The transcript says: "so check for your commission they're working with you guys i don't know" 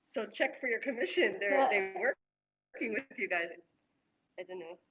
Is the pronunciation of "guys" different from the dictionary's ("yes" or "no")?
no